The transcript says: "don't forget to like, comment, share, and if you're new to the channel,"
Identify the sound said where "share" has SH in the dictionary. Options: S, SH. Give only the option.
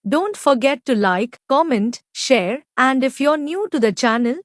SH